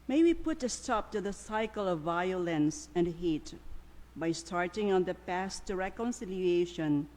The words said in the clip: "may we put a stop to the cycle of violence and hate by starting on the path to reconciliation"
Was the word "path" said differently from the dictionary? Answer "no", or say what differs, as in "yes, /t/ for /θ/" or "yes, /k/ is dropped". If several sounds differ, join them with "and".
yes, /s/ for /θ/